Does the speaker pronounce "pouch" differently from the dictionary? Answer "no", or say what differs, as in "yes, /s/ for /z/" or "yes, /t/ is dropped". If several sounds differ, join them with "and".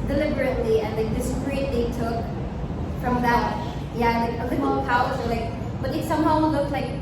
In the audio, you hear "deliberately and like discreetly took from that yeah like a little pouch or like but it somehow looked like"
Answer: yes, /tʃ/ is dropped